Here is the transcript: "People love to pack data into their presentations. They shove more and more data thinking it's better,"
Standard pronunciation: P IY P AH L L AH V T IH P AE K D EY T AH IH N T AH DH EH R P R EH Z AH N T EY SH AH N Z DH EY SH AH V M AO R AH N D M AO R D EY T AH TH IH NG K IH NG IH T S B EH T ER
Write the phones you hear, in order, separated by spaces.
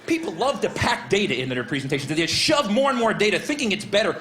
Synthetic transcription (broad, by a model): P IY P L L AH V T IH P AE K D EY T AH IH N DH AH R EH P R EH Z N T EY SH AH N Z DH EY SH AH V M AO R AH N M AO R D EY T AH TH IH NG K IH NG IH T S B EH T ER